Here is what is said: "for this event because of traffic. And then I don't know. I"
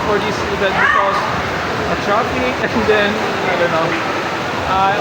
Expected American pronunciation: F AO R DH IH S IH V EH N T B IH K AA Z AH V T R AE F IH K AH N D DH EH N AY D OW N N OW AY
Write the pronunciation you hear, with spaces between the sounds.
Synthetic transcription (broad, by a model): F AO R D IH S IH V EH T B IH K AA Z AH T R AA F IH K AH N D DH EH N AY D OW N N OW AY